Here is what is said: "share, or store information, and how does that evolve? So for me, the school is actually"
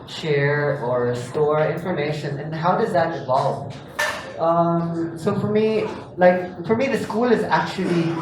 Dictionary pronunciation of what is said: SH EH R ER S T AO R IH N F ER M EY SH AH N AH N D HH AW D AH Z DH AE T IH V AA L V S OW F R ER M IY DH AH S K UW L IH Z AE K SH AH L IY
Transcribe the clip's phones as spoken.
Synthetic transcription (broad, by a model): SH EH R ER S T AO R IH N F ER M EY SH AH N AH N HH AW D AH Z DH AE T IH V AA L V S OW F R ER M IY DH AH S K UW L IH Z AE K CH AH L IY